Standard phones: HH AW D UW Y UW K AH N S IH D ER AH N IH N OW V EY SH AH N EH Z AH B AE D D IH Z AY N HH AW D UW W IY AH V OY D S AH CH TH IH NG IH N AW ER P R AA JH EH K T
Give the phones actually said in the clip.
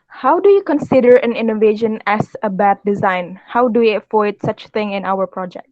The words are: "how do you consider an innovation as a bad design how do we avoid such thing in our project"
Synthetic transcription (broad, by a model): HH AW D UW Y UW K AH N S IH D ER AH N IH N OW V EY SH AH N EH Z AH B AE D D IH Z AY N HH AW D UW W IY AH F OY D S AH CH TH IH NG IH N AW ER P R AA JH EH K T